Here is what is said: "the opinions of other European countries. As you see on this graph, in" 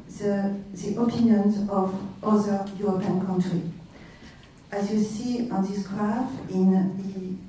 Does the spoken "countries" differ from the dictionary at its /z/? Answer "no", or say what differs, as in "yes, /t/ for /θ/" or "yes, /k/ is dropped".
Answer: yes, /z/ is dropped